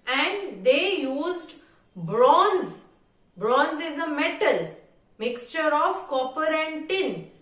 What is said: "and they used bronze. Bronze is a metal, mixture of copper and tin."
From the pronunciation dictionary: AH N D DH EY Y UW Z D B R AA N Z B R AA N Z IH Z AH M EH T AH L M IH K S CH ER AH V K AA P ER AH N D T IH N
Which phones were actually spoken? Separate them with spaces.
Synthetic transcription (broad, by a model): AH N D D EY Y UW Z D B R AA N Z B R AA N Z IH Z AH M EH T AH L M IH K S CH ER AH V K AA P ER AH N D T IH N